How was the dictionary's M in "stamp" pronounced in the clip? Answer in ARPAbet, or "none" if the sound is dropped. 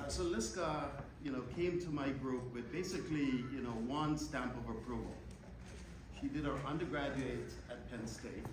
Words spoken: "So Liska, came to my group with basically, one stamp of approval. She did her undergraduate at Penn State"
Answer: M